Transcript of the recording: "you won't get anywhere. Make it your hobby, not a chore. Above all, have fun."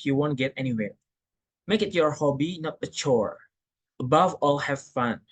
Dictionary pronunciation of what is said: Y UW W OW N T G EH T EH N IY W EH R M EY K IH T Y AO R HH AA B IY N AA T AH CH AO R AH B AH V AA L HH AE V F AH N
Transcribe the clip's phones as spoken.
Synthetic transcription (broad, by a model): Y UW W OW N T G EH T EH N IY W EH R M EY K IH T Y AO R HH AA B IY N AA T AH CH AO R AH B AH V AA L HH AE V F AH N